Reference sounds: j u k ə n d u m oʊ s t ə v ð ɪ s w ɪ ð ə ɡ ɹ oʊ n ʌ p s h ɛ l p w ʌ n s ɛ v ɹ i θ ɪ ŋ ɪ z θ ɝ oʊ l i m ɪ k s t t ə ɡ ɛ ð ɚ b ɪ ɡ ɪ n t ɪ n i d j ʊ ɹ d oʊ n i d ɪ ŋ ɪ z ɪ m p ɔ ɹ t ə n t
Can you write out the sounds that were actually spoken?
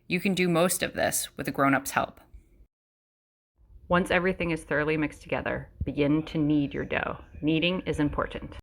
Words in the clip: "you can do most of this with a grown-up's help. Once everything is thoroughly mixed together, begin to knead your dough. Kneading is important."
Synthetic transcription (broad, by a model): j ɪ k ə n d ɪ m oʊ s t ə v ð ɪ s w ɪ ð ə ɡ ɹ oʊ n ʌ p s h ɛ l p w ʌ n s ɛ v ɹ i θ ɪ ŋ ɪ z θ ɝ oʊ l i m ɪ k s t t ə ɡ ɛ ð ɚ b ɪ ɡ ɪ n t ɪ n i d j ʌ ɹ d oʊ n i d ɪ ŋ ɪ z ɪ m p ɔ ɹ t n t